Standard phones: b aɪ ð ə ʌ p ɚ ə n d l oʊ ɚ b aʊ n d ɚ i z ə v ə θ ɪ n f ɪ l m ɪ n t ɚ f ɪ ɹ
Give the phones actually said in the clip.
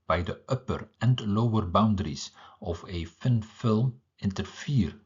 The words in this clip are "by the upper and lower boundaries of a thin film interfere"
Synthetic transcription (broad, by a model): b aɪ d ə ʌ p ɚ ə n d l oʊ ɚ b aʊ n d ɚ i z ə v ə f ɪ n f ɪ l m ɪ n t ɚ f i ɹ